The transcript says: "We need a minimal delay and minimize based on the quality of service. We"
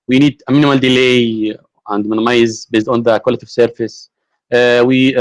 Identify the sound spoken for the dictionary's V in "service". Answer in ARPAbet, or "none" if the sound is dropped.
F